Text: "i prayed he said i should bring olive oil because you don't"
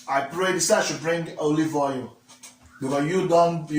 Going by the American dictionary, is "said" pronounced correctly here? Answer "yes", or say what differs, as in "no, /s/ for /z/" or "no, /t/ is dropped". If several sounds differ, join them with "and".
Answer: no, /d/ is dropped